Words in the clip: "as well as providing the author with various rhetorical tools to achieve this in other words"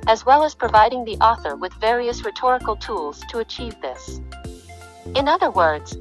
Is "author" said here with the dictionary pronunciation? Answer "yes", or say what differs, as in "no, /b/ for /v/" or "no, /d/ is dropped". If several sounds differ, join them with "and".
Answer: yes